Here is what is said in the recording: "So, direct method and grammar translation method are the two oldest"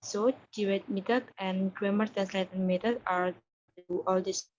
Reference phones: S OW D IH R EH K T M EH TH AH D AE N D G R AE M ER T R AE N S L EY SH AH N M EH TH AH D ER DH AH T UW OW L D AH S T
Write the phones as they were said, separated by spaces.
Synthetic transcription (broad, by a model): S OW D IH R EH T M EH T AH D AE N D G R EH M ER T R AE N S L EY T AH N M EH T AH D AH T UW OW L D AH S